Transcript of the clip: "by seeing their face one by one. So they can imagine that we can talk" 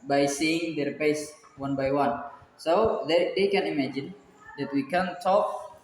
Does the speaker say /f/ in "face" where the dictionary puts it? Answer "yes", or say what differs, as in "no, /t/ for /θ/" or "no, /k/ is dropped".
no, /p/ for /f/